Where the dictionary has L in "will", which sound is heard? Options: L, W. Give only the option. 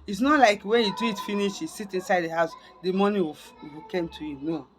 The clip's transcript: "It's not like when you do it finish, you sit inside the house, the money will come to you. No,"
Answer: W